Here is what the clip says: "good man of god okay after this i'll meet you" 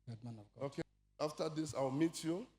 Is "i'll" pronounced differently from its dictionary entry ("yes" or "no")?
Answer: yes